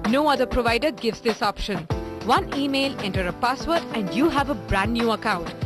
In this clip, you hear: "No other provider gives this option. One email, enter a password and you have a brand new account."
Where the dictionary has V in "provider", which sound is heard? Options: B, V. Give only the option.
V